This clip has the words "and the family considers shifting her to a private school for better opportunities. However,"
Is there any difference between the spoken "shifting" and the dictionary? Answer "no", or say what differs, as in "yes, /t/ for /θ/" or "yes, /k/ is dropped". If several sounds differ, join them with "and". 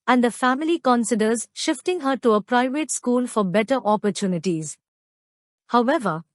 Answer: no